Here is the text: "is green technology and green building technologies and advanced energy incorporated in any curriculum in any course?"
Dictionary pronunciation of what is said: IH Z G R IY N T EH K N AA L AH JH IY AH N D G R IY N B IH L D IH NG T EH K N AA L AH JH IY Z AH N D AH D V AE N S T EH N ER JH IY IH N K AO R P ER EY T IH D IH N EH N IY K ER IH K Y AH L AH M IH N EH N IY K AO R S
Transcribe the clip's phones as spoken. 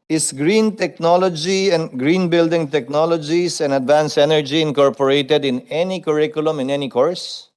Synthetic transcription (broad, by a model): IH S G R IY N T EH K N AA L AH JH IY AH N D G R IY N B IH L D IH NG T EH K N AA L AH JH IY S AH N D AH D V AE N S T EH N ER JH IY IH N K AO R P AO EY T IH D IH N EH N IY K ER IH K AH L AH M IH N EH N IY K AO R S